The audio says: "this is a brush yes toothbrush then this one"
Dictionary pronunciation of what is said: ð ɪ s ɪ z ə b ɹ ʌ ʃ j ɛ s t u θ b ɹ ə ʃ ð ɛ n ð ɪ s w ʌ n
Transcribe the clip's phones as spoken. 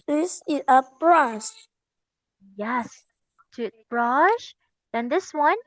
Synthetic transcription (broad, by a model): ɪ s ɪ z ə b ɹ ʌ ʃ j ɛ s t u t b ɹ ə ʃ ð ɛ n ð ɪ s w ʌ n